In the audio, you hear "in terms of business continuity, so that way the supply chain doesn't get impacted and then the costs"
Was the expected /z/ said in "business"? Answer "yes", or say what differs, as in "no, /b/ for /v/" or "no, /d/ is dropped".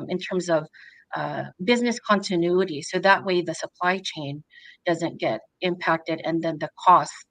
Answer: yes